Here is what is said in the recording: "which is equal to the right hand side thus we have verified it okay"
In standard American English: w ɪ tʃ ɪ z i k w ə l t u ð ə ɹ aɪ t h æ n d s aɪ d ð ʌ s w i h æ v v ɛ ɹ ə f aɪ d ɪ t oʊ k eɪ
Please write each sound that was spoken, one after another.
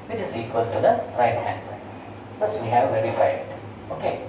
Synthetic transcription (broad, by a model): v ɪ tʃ ɪ z i k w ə l t u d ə ɹ aɪ t h æ n d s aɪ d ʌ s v i h æ v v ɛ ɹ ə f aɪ ɪ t oʊ k eɪ